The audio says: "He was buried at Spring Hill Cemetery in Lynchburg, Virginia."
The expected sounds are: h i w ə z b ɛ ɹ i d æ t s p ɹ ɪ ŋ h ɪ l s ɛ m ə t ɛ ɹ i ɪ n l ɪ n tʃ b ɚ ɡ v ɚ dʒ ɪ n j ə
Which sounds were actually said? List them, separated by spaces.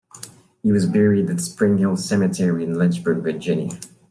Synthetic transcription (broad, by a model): h i w ə z b ɛ ɹ i d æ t s p ɹ ɪ ŋ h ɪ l s ɛ m ə t ɛ ɹ i ɪ n l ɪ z b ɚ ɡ v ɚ dʒ ɪ n j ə